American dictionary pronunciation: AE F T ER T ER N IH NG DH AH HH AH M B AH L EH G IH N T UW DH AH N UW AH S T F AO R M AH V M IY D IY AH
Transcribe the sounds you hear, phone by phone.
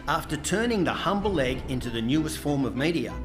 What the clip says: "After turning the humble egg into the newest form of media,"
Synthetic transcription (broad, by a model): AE F T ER T ER N IH NG DH AH HH AH M B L L EH G IH N T UW DH AH N UW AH S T F AO R M AH V M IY D IY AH